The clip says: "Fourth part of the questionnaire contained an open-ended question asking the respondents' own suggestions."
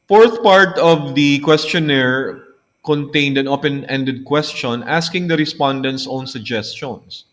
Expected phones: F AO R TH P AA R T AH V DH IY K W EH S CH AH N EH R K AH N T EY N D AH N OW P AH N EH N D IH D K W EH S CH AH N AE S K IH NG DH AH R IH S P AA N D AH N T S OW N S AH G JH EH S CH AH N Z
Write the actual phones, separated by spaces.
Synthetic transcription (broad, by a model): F AO R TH P AA R T AH V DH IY K W EH S CH AH N EH R K AH N T EY N D AH N OW P AH N EH N D IH D K W EH S CH AH N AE S K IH NG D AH R IH S P AA N D AH N T S OW N S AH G JH EH S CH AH N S